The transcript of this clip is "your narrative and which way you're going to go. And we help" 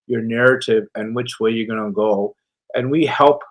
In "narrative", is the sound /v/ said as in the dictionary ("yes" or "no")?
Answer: yes